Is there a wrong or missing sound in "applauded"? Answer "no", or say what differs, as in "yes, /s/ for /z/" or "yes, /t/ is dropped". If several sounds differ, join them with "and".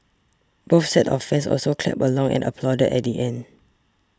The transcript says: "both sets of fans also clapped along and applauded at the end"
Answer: no